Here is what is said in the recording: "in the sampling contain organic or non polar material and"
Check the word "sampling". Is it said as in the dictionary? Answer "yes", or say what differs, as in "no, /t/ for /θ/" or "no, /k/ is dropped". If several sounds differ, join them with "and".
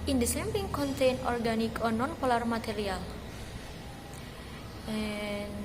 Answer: no, /l/ is dropped